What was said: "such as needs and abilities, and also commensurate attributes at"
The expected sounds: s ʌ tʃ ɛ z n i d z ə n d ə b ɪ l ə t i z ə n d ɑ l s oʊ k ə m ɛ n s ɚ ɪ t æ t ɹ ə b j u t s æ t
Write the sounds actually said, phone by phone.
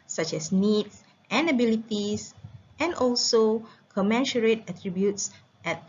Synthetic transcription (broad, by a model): s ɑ tʃ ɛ s n i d s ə n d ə b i l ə t i s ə n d ɑ l s oʊ k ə m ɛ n ʃ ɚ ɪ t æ t ɹ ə b j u t s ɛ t